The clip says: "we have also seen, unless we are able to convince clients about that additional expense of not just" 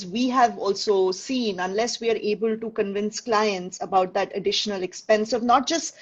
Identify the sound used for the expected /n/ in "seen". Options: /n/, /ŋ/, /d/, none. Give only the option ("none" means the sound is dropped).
/n/